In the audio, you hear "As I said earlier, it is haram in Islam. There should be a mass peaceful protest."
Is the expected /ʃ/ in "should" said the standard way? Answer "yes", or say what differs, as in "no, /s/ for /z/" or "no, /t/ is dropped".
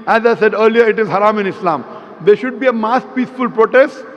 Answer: yes